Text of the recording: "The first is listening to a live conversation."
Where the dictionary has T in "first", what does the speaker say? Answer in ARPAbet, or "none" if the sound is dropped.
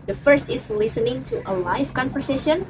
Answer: T